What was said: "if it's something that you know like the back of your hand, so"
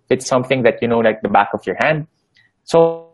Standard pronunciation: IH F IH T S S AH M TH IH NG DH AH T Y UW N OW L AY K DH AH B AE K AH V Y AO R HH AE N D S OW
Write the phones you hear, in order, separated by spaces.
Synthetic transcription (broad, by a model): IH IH T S S AH M TH IH NG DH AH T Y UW N OW L AY K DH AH B AE K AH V Y AO R HH AE N D S OW